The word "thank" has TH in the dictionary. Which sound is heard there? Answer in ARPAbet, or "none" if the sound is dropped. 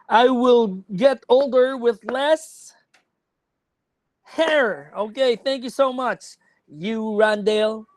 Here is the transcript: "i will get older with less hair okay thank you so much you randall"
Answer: TH